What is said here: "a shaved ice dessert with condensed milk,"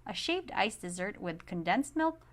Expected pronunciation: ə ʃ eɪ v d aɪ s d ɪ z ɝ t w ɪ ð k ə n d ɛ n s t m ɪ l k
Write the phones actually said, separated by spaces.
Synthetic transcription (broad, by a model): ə ʃ eɪ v d aɪ s d ɪ z ɝ t w ɪ ð k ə n d ɛ n s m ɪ l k